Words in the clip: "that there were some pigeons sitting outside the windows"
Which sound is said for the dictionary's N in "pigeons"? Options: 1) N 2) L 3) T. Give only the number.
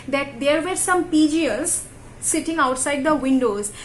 2